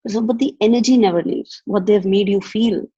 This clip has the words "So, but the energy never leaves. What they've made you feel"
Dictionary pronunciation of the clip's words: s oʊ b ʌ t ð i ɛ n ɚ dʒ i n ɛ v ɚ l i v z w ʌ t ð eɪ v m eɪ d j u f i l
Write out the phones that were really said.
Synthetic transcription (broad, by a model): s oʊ b ʌ t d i ɛ n ɚ dʒ i n ɛ v ɚ n i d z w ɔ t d eɪ v m eɪ d j u f i l